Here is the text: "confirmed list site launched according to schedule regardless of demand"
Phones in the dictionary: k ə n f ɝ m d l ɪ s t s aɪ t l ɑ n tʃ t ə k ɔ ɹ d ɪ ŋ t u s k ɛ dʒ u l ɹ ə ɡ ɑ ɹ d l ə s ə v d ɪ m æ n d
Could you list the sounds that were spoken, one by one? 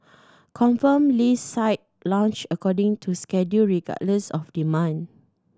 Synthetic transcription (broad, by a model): k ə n f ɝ m l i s s aɪ t l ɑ n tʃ ə k ɔ d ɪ ŋ t u s k ɛ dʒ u ɹ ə ɡ ɑ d l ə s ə f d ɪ m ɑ n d